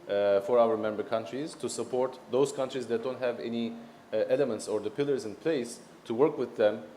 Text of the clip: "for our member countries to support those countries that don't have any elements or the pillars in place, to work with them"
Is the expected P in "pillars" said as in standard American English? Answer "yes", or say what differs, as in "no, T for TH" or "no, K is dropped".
yes